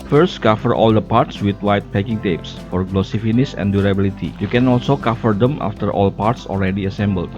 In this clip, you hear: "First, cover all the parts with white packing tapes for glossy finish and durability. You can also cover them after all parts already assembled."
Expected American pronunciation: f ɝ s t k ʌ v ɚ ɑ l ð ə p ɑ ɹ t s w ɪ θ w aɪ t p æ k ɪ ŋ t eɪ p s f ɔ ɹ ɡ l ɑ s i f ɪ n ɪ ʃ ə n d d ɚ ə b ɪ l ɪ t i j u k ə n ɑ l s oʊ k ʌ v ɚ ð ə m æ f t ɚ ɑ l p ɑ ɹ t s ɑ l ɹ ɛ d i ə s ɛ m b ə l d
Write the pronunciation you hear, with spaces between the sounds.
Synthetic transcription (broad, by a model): f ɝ s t k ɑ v ɚ ɑ l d ə p ɑ ɹ t s w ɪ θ w aɪ t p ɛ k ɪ ŋ t eɪ p s f ɔ ɹ ɡ l ɑ s i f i n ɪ s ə n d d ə b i l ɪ t i j u k ə n ɑ l s oʊ k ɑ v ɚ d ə m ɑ f t ɚ ɑ l p ɑ ɹ t s ɑ l ɹ ɛ d i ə s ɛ m b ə l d